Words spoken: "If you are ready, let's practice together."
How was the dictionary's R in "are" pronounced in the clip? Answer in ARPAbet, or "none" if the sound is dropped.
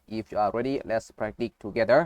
L